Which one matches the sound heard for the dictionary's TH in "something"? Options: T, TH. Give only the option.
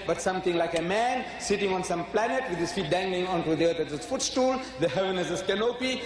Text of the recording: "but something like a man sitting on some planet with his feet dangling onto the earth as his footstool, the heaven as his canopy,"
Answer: T